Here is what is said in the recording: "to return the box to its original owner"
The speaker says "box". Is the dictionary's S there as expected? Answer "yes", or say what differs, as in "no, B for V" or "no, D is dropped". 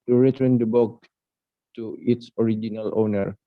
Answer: no, S is dropped